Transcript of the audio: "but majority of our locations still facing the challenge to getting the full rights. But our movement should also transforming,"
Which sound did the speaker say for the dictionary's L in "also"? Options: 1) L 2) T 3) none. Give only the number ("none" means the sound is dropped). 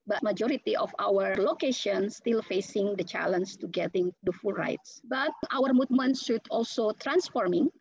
1